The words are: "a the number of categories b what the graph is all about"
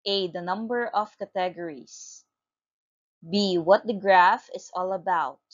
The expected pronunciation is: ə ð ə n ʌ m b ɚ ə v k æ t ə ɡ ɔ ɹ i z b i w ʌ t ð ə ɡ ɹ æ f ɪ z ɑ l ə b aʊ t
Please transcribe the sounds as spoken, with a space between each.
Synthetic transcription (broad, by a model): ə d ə n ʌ m b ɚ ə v k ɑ t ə ɡ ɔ ɹ i s b i w ʌ t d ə ɡ ɹ æ f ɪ s ɑ l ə b aʊ t